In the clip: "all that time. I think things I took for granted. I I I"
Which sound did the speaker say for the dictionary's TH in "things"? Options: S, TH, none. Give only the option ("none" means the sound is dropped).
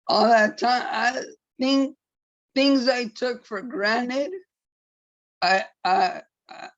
TH